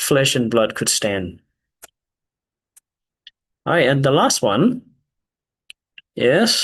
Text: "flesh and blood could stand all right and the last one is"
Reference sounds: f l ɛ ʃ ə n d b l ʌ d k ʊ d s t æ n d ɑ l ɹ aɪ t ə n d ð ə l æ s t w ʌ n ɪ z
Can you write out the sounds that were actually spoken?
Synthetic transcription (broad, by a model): f l ɛ ʃ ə n b l ʌ d k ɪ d s t æ n d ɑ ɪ ə n ð ə l æ s t w ʌ n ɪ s